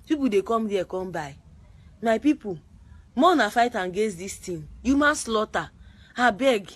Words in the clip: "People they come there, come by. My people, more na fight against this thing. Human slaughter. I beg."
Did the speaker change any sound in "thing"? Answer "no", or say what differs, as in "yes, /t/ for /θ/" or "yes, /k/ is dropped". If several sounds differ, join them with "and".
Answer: yes, /t/ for /θ/